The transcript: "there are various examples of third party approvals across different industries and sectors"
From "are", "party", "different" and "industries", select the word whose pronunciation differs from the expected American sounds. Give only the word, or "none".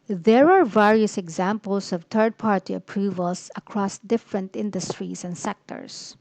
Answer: industries